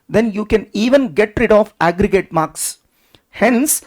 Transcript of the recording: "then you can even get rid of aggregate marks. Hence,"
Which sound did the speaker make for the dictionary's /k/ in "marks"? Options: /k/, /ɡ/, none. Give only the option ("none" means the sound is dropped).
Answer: /k/